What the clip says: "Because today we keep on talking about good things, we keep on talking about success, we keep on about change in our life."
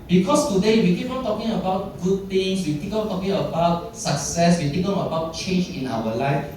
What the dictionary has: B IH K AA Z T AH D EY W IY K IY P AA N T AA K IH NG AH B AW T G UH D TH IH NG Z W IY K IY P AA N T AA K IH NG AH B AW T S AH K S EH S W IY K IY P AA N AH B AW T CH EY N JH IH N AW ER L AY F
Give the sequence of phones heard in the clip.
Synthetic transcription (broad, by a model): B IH K AA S T AH D EY W IY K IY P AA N T AA K IH NG AH B AW T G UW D T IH NG S W IY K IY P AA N T AA K IH NG AH B AW T S AH K S EH S W IY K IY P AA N AH B AW T CH EY N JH IH N AW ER L AY F